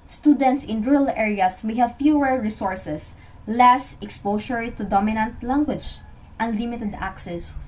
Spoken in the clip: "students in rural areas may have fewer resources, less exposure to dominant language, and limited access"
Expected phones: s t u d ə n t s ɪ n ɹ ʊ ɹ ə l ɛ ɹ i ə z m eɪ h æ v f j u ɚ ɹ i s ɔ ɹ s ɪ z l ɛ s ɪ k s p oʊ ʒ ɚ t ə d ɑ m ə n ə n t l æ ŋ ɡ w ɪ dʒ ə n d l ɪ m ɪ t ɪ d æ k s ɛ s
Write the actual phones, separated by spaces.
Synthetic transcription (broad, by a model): s t u d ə n t s ɪ n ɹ ɹ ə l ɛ ɹ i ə s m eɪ h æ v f j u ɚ ɹ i s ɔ ɹ s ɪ s l ɛ s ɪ k s p oʊ ʃ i t ə d ɑ m ə n ə n t l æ ŋ ɡ w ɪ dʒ ə n d l ɪ m ɪ t ɪ d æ k s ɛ s